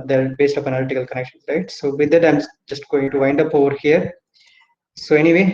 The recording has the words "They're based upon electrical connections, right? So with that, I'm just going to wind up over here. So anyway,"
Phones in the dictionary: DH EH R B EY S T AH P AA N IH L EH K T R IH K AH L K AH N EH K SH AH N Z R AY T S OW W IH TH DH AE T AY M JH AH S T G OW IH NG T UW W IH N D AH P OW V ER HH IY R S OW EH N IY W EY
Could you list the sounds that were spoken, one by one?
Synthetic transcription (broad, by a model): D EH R B EY S T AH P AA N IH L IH T IH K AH L K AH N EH K SH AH N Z R AY T S OW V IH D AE T AY M JH AH S T G OW IH NG T UW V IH N D AH P OW V ER HH IY R S OW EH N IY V EY